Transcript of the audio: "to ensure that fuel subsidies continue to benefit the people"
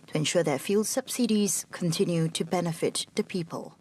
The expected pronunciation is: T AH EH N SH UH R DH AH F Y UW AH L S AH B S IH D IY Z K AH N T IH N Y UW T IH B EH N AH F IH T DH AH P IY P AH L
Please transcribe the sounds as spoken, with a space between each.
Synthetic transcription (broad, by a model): T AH EH N SH UH R DH AH F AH L S AH B S IH D IY Z K AH N T IH N Y UW T IH B EH N AH F IH T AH P IY P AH L